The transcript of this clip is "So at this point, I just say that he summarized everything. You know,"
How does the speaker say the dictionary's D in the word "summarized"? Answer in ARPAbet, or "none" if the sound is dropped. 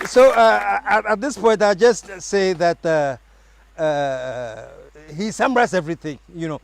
none